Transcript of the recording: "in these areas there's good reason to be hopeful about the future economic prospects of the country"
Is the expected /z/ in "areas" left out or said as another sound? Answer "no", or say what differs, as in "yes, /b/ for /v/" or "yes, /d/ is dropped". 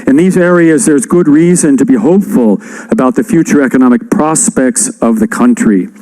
no